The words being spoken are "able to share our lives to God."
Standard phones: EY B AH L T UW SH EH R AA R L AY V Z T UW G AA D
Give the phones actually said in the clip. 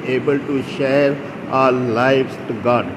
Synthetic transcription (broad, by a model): EY B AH L T UW SH EH R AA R L AY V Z T UW G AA D